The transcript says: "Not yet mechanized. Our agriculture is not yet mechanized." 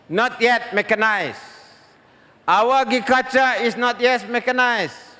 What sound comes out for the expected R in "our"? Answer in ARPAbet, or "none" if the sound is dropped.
W